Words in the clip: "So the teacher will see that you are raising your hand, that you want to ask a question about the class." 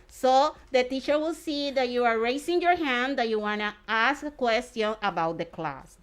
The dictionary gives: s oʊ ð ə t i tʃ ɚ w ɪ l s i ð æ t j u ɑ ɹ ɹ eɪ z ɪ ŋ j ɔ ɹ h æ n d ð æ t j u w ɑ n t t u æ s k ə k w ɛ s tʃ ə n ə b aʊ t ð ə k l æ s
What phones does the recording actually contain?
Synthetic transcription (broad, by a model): s oʊ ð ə t i tʃ ɚ w ɪ l s i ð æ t j u ɑ ɹ ɹ eɪ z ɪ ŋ j ɔ ɹ h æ n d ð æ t j u w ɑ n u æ s k ə k w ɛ s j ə n ə b aʊ t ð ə k l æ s